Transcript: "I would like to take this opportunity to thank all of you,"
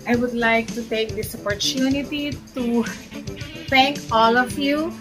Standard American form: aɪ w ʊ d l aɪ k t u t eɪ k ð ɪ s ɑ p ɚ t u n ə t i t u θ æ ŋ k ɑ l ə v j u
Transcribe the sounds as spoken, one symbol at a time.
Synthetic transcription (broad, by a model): aɪ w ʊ d l aɪ k t u t eɪ k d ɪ s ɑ p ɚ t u n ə t i t u t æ ŋ k ɑ l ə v j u